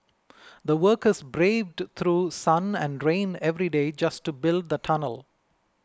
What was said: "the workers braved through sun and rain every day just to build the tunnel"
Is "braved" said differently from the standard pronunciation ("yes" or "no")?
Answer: no